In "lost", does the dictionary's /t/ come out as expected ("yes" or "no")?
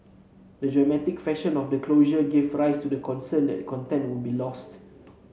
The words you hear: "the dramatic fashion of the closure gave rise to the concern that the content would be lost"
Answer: yes